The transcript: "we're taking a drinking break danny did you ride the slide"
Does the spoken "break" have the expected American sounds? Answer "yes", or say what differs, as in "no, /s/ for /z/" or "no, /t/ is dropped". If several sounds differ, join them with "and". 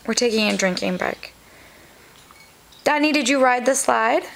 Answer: no, /ɹ/ is dropped